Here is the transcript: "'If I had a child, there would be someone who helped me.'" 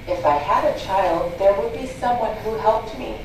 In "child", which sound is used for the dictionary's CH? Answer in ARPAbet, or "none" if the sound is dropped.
CH